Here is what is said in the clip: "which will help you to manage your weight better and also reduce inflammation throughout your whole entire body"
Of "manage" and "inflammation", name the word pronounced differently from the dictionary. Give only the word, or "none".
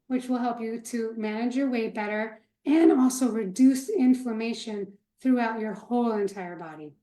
inflammation